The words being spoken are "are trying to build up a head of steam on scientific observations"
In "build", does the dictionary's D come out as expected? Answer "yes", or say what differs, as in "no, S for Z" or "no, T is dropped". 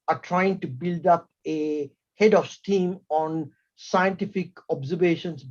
yes